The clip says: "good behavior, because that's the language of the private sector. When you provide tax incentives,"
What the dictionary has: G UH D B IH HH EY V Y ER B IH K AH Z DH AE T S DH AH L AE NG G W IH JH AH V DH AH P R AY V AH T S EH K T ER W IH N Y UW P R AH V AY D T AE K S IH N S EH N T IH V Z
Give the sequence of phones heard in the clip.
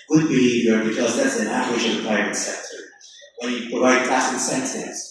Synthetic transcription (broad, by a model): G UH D B IH HH EY V Y ER B IH K AH Z DH AE T S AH N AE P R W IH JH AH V DH AH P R AY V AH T S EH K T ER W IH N Y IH P R AH V AY D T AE S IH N S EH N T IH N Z